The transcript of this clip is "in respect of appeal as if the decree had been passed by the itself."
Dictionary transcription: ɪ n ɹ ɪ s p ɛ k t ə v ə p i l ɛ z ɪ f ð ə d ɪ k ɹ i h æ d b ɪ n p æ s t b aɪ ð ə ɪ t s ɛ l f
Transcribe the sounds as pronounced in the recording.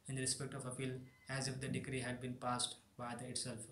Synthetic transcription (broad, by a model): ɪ n ɹ ɪ s p ɛ k t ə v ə f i l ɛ z ɪ f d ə d ɪ k ɹ i h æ d b ɪ n p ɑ s t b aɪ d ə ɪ t s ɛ l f